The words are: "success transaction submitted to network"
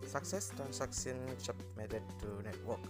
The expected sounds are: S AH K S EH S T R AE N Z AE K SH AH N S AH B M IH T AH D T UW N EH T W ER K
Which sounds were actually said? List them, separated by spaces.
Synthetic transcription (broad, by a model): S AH K S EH S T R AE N S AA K S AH N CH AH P M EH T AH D T UW N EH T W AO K